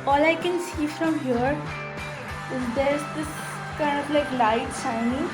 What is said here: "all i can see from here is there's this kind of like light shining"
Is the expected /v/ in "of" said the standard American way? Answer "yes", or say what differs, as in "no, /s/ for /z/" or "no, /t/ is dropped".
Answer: no, /p/ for /v/